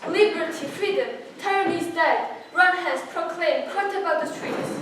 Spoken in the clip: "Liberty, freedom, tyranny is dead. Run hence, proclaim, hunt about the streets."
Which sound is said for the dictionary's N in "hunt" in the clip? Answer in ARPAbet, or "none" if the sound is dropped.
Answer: none